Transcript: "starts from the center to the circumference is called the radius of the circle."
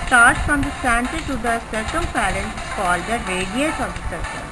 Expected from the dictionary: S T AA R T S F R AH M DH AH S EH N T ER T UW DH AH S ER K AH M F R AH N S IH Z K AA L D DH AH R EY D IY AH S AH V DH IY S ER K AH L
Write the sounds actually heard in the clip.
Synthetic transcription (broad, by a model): S T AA R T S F R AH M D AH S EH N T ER T UW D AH S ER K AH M P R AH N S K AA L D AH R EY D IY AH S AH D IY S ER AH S